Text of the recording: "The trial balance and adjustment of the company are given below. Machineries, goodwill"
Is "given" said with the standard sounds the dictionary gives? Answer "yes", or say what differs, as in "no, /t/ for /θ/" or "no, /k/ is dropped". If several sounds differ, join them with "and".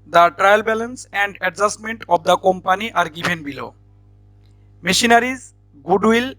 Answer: no, /b/ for /v/